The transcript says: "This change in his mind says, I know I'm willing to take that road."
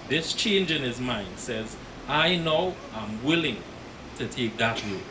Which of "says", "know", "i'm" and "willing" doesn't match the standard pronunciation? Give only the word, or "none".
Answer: none